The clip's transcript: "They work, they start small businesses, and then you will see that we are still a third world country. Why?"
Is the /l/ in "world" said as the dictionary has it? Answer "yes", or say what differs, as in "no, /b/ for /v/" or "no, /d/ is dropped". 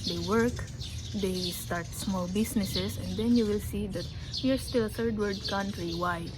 no, /l/ is dropped